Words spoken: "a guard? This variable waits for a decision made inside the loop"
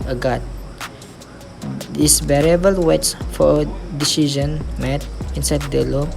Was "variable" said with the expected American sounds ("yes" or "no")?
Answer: no